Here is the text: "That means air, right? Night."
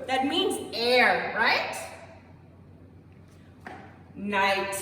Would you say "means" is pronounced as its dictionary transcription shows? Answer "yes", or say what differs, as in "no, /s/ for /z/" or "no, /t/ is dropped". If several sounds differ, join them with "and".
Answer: yes